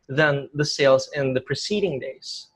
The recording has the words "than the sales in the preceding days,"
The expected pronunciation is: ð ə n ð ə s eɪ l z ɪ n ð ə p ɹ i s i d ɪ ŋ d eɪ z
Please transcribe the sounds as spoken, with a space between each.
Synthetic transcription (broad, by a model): ð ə n ð ə s eɪ l z ɪ n ð ə p ɹ i s i d ɪ ŋ d eɪ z